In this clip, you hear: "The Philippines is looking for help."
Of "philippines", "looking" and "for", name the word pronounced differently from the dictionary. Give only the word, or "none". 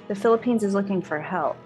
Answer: none